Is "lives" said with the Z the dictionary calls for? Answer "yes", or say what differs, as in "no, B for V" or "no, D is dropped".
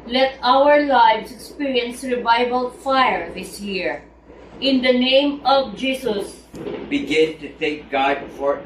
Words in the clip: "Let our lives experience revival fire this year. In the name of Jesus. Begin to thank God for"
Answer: no, S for Z